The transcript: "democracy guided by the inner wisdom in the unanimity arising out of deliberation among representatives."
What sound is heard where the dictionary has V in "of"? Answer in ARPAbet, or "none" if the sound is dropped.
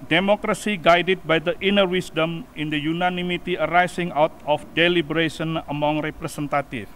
F